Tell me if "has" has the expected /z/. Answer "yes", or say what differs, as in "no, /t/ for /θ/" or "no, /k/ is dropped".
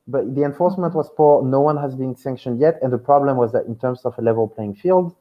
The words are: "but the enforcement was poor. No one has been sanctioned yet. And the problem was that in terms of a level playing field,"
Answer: yes